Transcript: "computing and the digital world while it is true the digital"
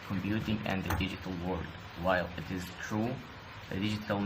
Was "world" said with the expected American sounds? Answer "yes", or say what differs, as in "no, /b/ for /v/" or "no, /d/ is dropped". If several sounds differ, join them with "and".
no, /l/ is dropped